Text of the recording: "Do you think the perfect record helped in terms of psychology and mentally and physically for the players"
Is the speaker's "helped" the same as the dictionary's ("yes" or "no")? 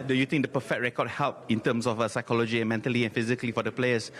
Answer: no